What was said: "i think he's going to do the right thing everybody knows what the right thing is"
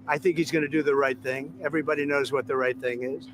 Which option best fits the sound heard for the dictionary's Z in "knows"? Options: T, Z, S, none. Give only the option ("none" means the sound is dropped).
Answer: Z